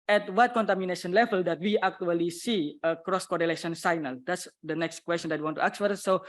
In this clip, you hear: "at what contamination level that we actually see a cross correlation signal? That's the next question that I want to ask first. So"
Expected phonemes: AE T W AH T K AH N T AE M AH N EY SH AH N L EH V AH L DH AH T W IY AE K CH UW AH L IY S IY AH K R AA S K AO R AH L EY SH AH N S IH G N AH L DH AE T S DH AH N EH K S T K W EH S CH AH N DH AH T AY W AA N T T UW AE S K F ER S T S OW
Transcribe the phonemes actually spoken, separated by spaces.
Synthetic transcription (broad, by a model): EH T W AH T K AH N T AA M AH N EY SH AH N L EH V AH L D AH T W IY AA K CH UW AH L IY S IY AH K R AA S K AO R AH L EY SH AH N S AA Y N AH L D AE T S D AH N EH K S T K W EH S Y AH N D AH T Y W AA N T T UW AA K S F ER T S OW